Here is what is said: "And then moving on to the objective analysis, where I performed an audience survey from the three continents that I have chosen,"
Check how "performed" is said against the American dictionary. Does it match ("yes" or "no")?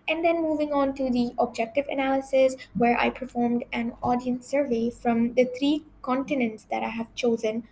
yes